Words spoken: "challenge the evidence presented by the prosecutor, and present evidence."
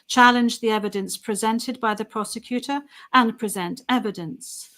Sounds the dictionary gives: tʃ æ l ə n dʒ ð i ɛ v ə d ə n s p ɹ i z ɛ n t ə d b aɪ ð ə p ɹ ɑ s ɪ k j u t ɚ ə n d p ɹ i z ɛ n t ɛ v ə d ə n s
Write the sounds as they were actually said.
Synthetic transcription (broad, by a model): tʃ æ l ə n dʒ ð i ɛ v ə d ə n s p ɹ i z ɛ n t ə d b aɪ ð ə p ɹ ɑ s ɪ k j u t ɚ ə n p ɹ i z ɛ n t ɛ v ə d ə n s